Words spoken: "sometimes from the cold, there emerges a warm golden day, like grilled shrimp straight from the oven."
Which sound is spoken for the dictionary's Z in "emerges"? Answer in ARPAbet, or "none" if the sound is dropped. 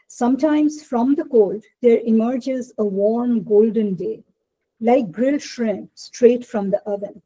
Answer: Z